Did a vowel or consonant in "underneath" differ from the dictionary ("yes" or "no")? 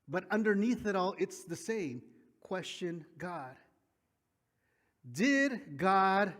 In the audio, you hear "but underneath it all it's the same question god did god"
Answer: no